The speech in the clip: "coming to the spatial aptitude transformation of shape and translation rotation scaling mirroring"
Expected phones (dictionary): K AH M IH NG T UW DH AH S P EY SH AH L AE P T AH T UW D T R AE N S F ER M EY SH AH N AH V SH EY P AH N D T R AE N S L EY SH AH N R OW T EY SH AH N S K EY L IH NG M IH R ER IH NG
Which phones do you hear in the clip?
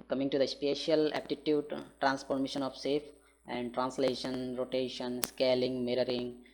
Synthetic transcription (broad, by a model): K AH M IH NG T UW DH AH S P EY SH AH L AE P T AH T UW D T R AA N S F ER M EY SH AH N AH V S EY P AH N D T R AE N S L EY SH AH N R OW T EY SH AH N S K EY L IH NG M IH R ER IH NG